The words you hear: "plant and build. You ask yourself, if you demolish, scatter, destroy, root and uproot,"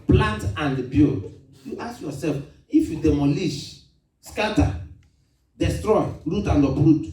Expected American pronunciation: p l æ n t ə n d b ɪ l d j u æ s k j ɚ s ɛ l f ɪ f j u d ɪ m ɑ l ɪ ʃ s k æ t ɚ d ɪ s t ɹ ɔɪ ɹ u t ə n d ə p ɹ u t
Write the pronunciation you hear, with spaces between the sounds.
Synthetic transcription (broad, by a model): p l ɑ n t ə n d b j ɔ j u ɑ s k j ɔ s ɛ l f ɪ f j u d ɪ m ɑ l ɪ ʃ s k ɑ t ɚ d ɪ s t ɹ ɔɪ ɹ u t ə n d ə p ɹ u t